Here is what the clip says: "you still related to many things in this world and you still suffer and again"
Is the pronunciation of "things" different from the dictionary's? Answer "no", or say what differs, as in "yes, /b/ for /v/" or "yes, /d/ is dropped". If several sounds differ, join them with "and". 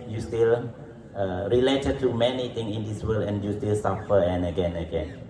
yes, /t/ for /θ/ and /z/ is dropped